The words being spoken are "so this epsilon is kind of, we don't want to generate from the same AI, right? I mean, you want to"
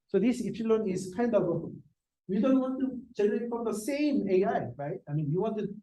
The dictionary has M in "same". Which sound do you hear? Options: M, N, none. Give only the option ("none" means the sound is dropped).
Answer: M